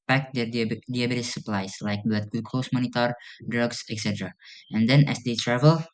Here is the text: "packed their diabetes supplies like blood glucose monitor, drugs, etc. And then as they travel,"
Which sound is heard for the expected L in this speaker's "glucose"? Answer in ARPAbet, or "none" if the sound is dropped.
none